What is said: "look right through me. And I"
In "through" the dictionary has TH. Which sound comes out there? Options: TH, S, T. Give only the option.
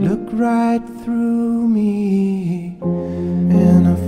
TH